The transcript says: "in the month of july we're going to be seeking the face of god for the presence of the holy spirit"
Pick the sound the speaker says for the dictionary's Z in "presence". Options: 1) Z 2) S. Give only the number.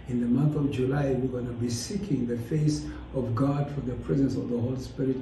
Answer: 1